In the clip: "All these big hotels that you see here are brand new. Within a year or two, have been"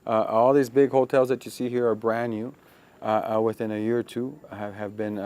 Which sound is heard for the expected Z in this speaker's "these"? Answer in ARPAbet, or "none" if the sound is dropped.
Z